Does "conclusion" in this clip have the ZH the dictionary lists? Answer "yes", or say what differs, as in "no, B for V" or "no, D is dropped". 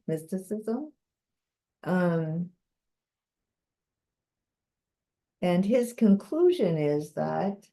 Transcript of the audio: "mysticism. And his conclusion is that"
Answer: yes